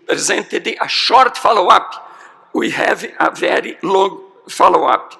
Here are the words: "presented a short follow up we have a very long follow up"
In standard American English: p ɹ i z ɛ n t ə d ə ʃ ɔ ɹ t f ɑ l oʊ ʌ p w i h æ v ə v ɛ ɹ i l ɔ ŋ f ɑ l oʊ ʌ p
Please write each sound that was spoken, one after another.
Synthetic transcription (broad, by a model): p ɹ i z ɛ n t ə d ə ʃ ɔ ɹ t f ɑ l oʊ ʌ p w i h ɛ v ə v ɛ ɹ i l ɔ ŋ f ɑ l oʊ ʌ p